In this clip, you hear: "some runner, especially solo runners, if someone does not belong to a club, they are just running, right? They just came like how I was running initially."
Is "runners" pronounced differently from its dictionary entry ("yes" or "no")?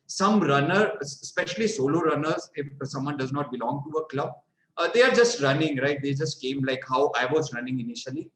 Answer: no